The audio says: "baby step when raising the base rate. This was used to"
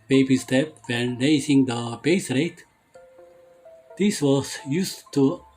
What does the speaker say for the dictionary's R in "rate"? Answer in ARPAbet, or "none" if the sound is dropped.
R